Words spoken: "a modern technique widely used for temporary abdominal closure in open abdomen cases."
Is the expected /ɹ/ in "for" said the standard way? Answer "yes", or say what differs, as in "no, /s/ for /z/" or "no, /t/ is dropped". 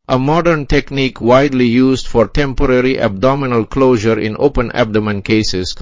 yes